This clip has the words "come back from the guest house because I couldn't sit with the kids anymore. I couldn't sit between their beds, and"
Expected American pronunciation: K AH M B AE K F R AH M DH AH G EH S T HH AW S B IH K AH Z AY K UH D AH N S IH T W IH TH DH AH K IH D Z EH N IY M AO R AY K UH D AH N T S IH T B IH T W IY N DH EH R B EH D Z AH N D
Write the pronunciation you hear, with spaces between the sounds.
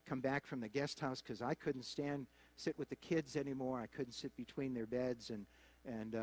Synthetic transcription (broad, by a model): K AH M B AE K F R AH M DH AH G EH S T HH AW S K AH Z AY K UH D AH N S IH T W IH DH AH K IH D Z EH N IY M AO R AY K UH D N T S IH T B IH T W IY N DH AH R B EH D Z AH N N